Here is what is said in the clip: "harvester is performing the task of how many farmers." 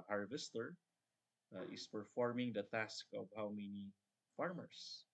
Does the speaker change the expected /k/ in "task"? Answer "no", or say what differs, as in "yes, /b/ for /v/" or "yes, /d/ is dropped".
no